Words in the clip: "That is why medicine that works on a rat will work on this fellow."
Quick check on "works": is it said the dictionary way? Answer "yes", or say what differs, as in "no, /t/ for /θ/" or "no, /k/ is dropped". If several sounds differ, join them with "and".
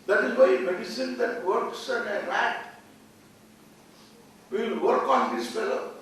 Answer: yes